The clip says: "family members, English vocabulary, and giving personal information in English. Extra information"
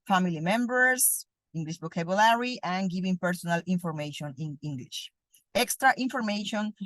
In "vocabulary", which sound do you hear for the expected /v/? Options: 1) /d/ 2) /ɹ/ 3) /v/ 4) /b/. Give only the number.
4